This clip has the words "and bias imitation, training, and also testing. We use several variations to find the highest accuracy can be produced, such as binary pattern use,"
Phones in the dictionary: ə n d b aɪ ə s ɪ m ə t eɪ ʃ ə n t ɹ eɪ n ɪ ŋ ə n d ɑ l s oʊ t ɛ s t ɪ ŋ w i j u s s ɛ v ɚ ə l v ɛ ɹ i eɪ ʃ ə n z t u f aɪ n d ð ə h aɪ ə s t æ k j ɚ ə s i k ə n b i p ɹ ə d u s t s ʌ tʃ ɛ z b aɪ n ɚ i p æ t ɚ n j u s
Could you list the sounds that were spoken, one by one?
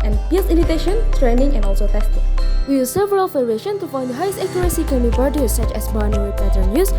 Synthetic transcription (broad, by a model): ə n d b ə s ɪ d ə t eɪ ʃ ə n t ɹ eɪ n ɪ ŋ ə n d ɑ l s oʊ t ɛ s t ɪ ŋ w i j u s s ɛ v ɚ ə l f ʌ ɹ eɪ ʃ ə n t u f aɪ n d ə h aɪ ə s t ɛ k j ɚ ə s i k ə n b i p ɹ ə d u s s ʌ tʃ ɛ s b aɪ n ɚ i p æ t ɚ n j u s